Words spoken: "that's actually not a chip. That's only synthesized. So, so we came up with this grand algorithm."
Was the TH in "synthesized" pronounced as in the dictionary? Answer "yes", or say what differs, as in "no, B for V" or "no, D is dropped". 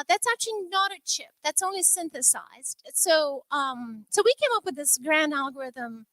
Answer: yes